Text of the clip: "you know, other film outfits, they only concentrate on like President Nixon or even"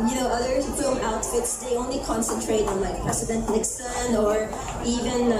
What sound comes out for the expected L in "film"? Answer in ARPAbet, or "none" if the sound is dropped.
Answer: none